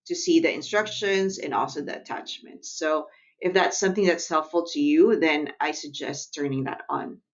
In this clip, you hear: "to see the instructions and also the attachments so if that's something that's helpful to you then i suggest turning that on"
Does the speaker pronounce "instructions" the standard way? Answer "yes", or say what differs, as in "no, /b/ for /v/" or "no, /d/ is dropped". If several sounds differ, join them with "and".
yes